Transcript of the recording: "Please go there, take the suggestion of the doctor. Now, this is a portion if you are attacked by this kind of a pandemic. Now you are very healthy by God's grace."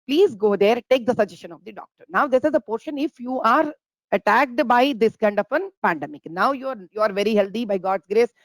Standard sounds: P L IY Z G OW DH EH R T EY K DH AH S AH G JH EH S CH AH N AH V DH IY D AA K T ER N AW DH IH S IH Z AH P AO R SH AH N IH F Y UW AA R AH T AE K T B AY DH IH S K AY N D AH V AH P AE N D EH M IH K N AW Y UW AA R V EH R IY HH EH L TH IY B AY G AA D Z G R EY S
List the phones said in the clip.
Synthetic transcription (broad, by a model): P L IY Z G OW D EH R T EY K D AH S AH JH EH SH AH N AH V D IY D AA K T ER N AW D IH S IH Z AH P AO R SH AH N IH F Y UW AA R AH T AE K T B AY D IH S K AY N D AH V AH P AE N D EH M IH K N AW Y UW AA R V EH R IY HH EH L T IY B AY G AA D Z G R EY S